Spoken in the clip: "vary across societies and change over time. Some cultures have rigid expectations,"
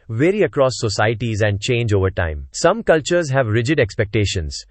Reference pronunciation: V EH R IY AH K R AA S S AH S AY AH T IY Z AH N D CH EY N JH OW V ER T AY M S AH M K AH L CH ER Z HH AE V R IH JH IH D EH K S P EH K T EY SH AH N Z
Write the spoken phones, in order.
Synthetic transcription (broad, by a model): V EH R IY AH K R AA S S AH S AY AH T IY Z AH N D CH EY N JH OW V ER T AY M S AH M K AH L CH ER Z HH AE V R IH JH IH D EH K S P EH K T EY SH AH N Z